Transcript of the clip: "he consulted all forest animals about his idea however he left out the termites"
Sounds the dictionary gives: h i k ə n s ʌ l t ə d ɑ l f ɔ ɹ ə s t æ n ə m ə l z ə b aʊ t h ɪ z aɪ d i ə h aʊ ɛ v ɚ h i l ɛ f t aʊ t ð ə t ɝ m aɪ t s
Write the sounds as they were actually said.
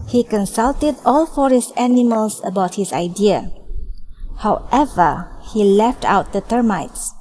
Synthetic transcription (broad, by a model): h i k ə n s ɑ l t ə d ɑ l f ɔ ɹ ə s t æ n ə m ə l s ə b aʊ t h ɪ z aɪ d i ə h aʊ ɛ v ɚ h i l ɛ f t aʊ t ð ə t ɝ m aɪ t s